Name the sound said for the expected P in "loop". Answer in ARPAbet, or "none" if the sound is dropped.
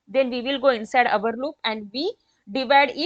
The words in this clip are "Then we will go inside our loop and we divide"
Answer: P